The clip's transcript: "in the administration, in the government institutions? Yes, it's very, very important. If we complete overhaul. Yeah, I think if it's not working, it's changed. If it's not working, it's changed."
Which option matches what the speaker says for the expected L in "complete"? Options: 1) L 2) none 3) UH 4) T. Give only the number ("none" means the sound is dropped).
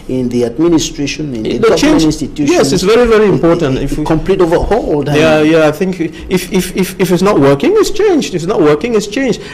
1